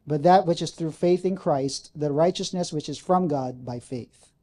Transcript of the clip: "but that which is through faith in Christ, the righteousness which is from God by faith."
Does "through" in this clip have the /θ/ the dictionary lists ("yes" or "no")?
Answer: yes